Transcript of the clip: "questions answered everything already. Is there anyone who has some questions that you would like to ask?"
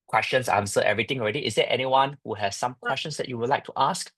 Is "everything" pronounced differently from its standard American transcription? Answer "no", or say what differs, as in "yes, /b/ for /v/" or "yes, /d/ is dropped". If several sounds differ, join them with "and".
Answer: yes, /t/ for /θ/